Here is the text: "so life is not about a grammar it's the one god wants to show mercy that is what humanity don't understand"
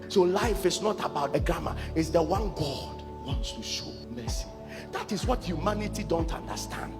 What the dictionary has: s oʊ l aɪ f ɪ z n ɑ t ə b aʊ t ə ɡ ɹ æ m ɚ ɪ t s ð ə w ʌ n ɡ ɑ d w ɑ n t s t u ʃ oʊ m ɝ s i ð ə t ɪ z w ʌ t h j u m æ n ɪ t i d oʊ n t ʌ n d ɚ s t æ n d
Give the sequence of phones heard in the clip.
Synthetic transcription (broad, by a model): s oʊ l aɪ f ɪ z n ɑ t ə b aʊ t ə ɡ ɹ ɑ m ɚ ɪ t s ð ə w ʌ n ɡ ɑ d w ɑ n t s t u ʃ oʊ m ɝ s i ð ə t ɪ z w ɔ t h j u m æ n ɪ t i d oʊ n t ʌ n d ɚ s t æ n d